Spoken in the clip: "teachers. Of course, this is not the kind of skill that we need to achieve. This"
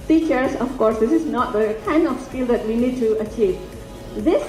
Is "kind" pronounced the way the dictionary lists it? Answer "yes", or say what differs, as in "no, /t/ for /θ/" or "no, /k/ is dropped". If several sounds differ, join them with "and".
no, /d/ is dropped